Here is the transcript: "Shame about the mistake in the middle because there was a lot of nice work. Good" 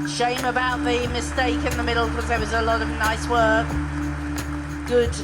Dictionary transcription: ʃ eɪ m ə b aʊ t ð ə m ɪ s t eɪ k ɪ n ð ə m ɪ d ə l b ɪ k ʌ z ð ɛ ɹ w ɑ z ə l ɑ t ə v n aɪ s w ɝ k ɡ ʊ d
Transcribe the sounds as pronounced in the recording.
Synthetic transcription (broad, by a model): ʃ eɪ m ə b aʊ t ð ə m ɪ s t eɪ k ɪ n ð ə m ɪ d l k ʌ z ð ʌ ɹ w ɑ z ə l ɑ t ə v n aɪ s w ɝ k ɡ ʊ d